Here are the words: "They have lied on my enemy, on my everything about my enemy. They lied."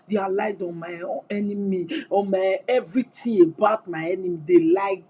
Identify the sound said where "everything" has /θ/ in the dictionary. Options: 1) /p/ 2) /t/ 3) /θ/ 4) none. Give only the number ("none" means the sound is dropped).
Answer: 2